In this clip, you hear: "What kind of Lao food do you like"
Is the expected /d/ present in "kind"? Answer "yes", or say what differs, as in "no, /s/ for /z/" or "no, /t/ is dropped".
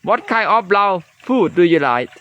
no, /d/ is dropped